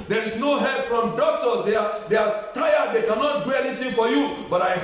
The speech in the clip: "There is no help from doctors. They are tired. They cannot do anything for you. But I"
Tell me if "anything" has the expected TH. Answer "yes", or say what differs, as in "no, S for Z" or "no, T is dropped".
no, T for TH